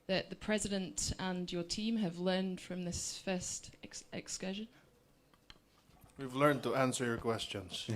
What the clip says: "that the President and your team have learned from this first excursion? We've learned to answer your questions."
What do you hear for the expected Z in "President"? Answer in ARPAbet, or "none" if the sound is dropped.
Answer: Z